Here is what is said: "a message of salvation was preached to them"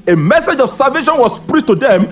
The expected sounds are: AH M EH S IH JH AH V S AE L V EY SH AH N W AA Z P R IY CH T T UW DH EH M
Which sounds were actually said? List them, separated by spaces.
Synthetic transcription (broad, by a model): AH M EH S IH JH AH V S AE L V EY SH AH N W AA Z P R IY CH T T UW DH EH M